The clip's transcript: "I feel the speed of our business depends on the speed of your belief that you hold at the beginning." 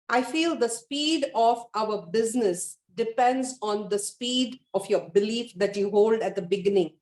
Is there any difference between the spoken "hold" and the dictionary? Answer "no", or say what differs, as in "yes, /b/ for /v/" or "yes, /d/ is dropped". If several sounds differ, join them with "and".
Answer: no